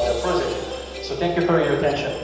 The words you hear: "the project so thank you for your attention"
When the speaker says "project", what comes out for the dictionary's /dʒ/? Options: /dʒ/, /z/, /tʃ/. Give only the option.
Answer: /z/